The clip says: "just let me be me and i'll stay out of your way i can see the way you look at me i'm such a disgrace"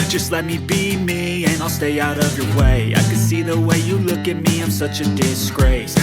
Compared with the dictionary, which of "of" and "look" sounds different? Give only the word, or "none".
none